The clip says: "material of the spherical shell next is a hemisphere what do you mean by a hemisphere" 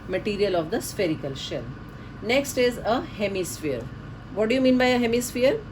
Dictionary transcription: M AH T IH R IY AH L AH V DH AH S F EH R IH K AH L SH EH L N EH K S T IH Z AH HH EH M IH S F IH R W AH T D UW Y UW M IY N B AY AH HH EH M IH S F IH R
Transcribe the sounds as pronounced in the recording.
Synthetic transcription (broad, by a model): M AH T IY R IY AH L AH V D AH S F EH R IH K AH L SH EH L N EH K S T IH Z AH HH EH M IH S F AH R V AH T D UW Y UW M IY N B AY AH HH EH M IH S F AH R